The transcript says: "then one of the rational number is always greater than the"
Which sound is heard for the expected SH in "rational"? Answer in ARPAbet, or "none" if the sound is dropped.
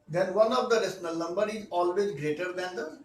S